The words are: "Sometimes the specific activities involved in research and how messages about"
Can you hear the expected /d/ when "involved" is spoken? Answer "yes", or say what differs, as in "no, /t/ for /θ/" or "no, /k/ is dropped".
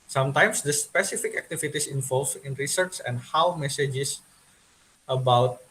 no, /d/ is dropped